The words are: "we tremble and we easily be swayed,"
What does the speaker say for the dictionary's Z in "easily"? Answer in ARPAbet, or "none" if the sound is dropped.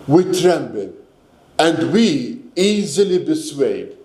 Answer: Z